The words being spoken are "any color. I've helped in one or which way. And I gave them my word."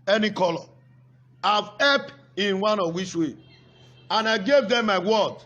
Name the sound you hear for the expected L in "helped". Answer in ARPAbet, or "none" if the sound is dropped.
none